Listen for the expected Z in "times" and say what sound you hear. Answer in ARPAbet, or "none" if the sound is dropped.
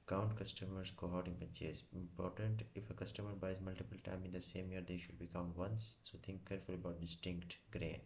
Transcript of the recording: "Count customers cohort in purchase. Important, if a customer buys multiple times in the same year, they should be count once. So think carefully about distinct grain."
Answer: none